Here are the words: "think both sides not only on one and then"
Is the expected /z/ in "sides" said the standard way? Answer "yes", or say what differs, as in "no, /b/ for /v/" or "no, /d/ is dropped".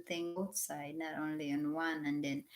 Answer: no, /z/ is dropped